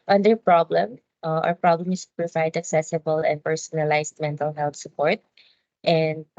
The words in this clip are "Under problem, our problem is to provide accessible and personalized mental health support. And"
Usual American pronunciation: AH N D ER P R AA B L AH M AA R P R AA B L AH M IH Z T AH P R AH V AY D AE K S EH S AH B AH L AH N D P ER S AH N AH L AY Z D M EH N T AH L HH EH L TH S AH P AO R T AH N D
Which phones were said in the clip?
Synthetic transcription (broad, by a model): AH N D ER P R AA B L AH M AA R P R AA B L AH M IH S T P R AH V AY D AE K S EH S AH B AH L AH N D P ER S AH N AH L AY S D M EH N T AH L HH EH L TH S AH P AO R T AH N D